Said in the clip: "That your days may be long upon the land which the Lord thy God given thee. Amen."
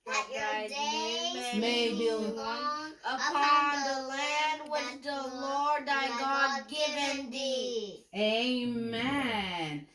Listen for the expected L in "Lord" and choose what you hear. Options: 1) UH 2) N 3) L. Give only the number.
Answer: 3